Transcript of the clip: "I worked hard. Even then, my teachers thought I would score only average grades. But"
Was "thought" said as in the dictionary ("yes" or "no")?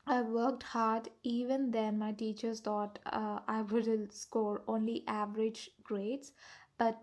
no